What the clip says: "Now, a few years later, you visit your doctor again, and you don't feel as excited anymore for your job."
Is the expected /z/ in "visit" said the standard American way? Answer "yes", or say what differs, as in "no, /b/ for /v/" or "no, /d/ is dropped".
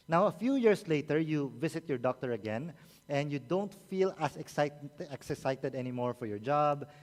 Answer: no, /s/ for /z/